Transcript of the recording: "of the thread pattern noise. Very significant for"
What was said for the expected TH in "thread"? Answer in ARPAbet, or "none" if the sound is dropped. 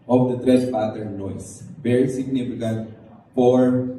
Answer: T